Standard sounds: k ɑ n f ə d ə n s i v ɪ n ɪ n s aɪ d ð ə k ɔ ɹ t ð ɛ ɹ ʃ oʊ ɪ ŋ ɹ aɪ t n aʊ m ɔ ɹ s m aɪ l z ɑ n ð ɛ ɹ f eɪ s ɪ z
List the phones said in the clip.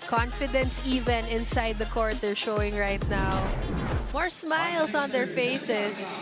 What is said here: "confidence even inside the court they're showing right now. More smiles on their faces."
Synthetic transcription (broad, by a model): k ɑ n f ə d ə n s i v ɪ n ɪ n s aɪ d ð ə k ɔ ɹ t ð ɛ ɹ ʃ oʊ ɪ ŋ ɹ aɪ t n aʊ m ɔ ɹ s m aɪ l s ɑ n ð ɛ ɹ f eɪ s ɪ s